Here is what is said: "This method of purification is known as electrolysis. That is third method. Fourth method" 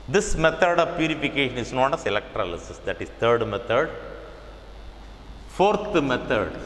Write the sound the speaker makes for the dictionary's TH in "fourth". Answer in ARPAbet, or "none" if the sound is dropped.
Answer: T